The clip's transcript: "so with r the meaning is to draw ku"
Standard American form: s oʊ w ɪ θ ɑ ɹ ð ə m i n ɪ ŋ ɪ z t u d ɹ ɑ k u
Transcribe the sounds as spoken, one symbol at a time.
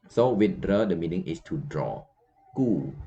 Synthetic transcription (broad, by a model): s oʊ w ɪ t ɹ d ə m i n ɪ ŋ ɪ s t u d ɹ ɑ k u